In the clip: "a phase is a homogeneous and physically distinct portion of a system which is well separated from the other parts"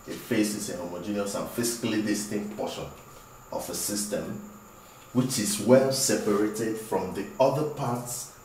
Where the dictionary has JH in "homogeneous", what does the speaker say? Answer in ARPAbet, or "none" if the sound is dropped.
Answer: JH